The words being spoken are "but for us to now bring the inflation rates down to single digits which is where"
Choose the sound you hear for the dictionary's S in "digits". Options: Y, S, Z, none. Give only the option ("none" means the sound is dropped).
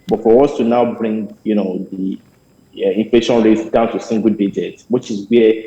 none